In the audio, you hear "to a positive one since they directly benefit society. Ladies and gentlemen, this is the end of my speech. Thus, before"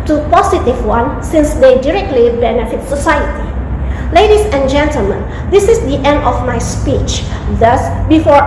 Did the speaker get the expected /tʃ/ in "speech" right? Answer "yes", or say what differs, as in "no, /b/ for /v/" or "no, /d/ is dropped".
yes